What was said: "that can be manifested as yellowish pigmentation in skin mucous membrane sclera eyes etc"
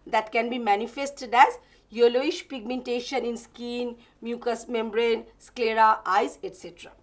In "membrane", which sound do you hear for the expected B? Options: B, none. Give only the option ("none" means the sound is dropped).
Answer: B